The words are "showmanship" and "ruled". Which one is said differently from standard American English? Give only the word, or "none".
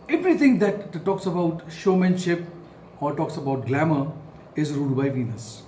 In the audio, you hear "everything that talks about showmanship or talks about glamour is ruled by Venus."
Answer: ruled